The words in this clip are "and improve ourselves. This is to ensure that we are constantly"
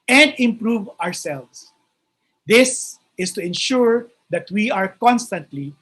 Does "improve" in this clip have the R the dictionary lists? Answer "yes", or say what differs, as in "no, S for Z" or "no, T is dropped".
yes